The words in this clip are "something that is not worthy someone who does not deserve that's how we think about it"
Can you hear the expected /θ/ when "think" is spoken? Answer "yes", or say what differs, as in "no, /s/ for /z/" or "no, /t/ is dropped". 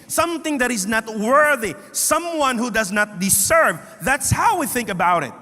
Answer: yes